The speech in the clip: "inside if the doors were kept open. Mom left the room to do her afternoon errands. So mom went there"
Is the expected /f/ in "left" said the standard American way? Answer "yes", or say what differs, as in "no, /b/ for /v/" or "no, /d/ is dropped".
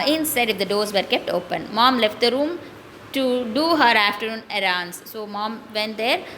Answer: yes